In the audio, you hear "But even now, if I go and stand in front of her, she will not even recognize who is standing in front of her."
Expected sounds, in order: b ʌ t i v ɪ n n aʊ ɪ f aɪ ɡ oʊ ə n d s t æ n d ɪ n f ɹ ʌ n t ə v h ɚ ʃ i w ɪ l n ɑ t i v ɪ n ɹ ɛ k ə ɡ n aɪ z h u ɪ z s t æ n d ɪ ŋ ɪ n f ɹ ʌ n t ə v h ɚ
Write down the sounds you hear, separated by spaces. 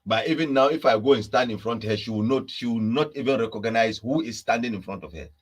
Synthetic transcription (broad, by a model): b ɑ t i v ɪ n n aʊ ɪ f aɪ ɡ oʊ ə n s t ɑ n d ɪ n f ɹ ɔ n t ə h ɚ ʃ i w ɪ w n ɑ t i v ɪ n ɹ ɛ k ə ɡ n aɪ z h u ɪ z s t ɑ n d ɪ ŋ ɪ n f ɹ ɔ n t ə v h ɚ